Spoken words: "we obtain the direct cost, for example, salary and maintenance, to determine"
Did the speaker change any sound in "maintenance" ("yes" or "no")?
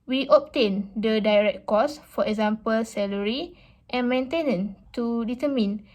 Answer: yes